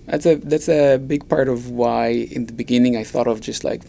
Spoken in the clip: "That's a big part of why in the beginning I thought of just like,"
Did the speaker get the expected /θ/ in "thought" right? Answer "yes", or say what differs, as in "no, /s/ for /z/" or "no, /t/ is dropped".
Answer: yes